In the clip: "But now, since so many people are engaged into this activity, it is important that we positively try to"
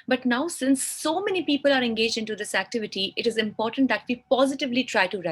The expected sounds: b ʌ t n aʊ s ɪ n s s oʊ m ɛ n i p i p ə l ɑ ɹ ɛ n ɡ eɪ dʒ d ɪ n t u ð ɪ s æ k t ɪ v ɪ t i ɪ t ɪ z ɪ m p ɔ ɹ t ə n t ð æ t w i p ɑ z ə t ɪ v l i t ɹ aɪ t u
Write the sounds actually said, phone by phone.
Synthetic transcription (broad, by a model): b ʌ t n aʊ s ɪ n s s oʊ m ɛ n i p i p ə l ɑ ɹ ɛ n ɡ eɪ dʒ d ɪ n t u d ɪ s æ k t ɪ v ɪ t i ɪ t ɪ z ɪ m p ɔ ɹ t ə n t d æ t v i p ɑ z ə t ɪ v l i t ɹ aɪ t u